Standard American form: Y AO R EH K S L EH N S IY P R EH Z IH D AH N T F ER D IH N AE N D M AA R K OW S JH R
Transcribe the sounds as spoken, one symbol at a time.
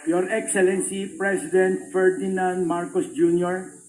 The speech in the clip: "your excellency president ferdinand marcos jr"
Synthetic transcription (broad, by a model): Y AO R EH K S L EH N S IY P R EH S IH D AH N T F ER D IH N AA N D M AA R K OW S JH R